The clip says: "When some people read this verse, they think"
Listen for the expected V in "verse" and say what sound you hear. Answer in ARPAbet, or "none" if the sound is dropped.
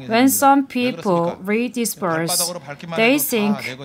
P